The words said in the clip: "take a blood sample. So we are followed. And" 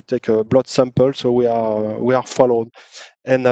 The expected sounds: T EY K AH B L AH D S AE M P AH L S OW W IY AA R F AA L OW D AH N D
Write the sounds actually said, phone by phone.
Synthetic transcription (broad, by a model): T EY K AH B L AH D S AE M P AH L S OW W IY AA W F AA L OW D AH N